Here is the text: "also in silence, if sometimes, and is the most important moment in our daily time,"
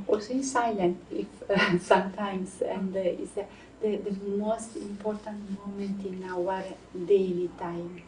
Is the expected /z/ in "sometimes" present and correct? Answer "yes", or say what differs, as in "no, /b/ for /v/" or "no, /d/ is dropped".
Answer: no, /s/ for /z/